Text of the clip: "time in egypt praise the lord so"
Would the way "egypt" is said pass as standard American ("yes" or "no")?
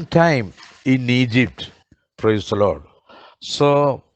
yes